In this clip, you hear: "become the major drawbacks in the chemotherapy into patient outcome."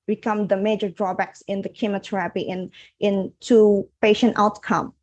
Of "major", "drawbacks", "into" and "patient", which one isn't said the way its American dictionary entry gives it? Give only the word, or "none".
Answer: none